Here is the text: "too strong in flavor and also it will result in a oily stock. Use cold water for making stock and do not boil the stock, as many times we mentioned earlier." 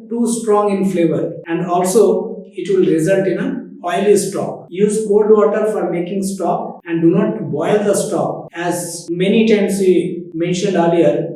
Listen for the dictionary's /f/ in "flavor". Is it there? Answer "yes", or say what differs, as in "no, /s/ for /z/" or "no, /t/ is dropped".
yes